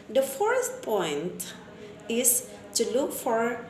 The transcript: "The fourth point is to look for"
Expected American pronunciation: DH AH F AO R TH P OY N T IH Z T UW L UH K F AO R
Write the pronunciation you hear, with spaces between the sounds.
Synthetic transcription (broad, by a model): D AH F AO R S P OY N T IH S T UW L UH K F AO R